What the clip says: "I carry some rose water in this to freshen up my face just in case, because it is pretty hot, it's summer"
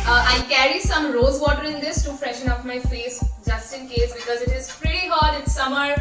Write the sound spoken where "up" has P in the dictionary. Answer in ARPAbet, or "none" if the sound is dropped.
F